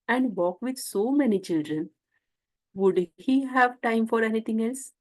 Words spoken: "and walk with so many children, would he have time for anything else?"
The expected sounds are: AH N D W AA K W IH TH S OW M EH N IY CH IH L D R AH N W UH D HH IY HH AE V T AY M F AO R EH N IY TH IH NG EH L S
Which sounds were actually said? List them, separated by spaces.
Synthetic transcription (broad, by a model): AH N D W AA K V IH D S OW M EH N IY CH IH L D R AH N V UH D HH IY HH AE V T AY M F AO R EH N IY T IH NG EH L S